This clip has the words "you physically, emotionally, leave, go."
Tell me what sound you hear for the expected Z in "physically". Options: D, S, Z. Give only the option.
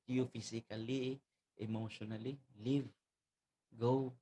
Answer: S